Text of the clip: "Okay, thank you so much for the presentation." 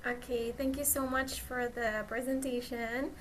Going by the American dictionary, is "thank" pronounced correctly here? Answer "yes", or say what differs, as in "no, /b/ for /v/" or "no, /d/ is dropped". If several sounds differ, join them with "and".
yes